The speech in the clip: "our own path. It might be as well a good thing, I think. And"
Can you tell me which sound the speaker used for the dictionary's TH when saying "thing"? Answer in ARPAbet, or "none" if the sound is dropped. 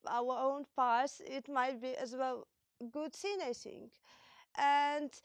S